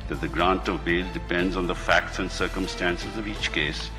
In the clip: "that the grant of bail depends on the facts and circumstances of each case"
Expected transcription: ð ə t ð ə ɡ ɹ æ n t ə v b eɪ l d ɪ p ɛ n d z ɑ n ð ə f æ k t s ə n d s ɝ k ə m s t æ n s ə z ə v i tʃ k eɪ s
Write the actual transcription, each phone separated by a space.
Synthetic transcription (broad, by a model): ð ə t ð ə ɡ ɹ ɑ n t ə v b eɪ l d ɪ p ɛ n d z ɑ n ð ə f æ k t s ə n d s ɝ k ə m s t æ n s ə z ə v i tʃ k eɪ s